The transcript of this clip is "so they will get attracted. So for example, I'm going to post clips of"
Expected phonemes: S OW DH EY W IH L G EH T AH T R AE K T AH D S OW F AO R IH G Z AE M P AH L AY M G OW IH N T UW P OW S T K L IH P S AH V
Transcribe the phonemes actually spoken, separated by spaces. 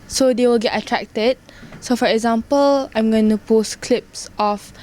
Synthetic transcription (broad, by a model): S OW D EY W IH L G EH T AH T R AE K T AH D S OW F AO R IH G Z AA M P AH L AY M G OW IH N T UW P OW S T K L IH P S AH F